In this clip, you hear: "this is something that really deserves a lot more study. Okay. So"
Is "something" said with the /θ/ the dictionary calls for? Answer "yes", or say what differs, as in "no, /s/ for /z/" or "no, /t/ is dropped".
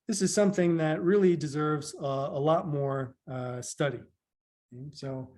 yes